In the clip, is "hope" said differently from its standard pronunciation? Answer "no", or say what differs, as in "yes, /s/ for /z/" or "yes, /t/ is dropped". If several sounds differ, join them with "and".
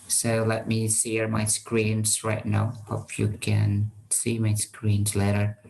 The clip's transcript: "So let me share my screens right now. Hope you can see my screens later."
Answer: yes, /f/ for /p/